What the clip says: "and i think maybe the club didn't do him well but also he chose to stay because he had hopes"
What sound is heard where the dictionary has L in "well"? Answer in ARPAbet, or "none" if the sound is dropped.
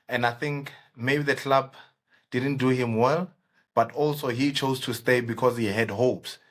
L